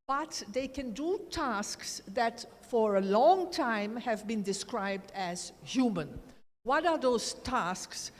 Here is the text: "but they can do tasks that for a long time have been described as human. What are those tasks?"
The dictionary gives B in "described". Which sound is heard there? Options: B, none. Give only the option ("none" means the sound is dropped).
B